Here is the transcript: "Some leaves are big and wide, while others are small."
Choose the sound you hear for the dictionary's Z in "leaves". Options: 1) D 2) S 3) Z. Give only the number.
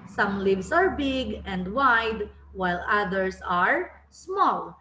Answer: 2